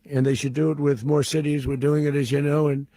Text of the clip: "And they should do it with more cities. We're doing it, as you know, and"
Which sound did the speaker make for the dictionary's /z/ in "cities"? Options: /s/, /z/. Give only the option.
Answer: /z/